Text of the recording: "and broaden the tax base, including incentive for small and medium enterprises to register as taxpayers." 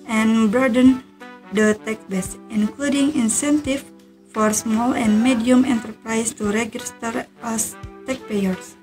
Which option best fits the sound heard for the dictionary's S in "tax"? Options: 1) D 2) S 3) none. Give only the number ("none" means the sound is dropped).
3